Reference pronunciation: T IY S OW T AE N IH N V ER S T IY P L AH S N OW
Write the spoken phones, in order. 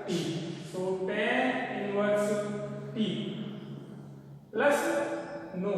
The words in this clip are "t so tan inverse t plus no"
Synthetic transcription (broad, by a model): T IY S OW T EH IH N W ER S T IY L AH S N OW